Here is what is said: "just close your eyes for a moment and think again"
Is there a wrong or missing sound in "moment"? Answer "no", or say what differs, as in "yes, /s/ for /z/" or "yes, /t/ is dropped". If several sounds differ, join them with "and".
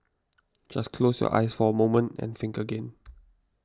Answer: no